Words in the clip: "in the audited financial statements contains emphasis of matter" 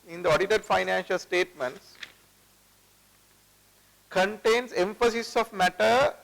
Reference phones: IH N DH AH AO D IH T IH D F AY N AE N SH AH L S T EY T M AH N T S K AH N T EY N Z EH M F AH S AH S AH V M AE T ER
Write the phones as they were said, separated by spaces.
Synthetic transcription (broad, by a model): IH N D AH AO D IH T IH D F AY N AE N SH AH L S T EY T M AH N T S K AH N T EY N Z EH M F AH S AH S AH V M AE T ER